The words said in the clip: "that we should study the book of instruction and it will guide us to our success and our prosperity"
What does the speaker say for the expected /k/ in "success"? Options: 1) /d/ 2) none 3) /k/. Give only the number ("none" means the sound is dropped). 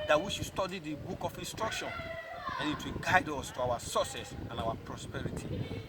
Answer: 2